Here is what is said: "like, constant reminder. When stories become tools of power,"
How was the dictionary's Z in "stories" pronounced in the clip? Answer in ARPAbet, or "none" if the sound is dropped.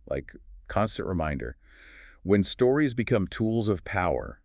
Z